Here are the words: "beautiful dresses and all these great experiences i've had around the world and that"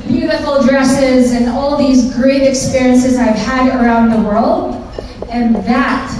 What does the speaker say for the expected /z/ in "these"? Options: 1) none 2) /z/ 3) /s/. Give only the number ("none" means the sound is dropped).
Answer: 2